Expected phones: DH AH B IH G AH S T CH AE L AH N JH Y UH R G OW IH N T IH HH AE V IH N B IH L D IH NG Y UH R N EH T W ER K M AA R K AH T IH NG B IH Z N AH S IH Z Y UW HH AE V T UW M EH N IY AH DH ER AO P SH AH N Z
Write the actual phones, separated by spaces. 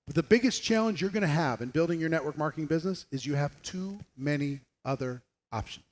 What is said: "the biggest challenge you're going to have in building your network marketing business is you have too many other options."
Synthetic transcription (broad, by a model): DH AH B IH G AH S CH AE L AH N JH Y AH R G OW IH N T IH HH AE V IH N B IH L D IH NG Y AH R N EH T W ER K M AA R K AH T IH NG B IH Z N AH S IH Z Y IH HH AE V T UW M EH N IY AH DH ER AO P SH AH N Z